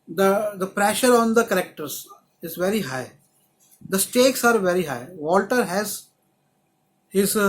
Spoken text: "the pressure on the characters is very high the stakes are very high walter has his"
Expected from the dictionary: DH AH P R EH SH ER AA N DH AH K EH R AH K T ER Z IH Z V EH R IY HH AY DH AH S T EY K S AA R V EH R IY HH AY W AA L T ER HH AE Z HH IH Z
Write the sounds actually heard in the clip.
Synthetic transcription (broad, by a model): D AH P R EH SH ER AA N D AH K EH R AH K T ER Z IH Z V EH R IY HH AY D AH S T EY K S AA R V EH R IY HH AY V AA L T ER HH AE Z HH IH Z